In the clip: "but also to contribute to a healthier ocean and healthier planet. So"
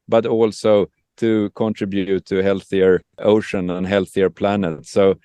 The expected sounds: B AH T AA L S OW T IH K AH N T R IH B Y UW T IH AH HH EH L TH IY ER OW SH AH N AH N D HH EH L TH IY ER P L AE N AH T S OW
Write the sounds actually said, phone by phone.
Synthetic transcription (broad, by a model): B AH T AA L S OW T IH K AH N T R IH B Y UW T IH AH HH EH L TH IY ER OW SH AH N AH N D HH EH L TH IY ER P L AE N AH T S OW